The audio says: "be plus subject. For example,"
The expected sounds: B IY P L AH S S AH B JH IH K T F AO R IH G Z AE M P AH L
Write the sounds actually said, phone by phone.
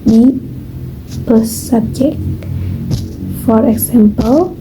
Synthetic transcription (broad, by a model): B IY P AH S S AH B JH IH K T F AO R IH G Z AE M P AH L